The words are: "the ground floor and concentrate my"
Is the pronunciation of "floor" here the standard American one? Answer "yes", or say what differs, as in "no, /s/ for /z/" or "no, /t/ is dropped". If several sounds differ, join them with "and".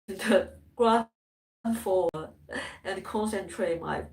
no, /l/ is dropped